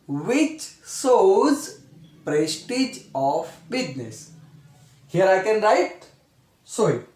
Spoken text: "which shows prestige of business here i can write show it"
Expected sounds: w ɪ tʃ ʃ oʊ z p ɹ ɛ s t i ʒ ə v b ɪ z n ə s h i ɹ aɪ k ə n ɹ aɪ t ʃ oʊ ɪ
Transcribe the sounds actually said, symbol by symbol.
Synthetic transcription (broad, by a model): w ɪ tʃ s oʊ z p ɹ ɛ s t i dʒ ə f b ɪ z n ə s h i ɹ aɪ k ə n ɹ aɪ t s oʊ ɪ